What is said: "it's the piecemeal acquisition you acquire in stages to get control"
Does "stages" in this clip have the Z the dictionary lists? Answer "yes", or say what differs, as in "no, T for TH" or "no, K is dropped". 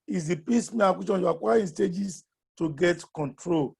no, S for Z